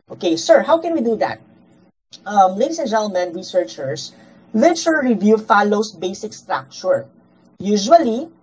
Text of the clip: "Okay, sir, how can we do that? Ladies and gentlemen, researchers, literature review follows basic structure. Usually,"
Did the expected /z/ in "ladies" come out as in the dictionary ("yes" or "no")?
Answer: no